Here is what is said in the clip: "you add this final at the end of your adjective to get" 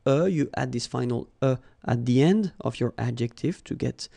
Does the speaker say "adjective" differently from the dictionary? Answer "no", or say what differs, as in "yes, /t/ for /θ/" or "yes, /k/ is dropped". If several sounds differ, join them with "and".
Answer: no